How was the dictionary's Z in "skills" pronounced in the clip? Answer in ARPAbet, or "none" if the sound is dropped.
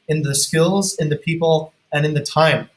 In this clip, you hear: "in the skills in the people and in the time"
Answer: Z